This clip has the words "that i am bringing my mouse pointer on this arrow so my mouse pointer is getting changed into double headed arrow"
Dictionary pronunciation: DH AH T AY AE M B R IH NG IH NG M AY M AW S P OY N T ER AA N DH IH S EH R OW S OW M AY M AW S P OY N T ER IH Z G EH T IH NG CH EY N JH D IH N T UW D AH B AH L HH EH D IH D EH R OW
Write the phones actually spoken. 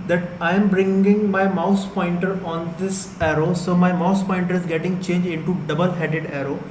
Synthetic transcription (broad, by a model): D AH T AY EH M B R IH NG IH NG M AY M AW S P OY N T ER AA N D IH S EH R OW S OW M AY M AW S P OY N T ER IH Z G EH T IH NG CH EY N JH IH N T UW D AH B AH L HH EH D IH D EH R OW